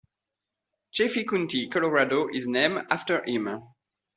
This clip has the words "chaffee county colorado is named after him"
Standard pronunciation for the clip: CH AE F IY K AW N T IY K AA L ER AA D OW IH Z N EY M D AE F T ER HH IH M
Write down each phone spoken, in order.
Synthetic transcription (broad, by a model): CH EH F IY K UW N T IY K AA L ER AA D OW IH Z N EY M AA F T ER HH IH M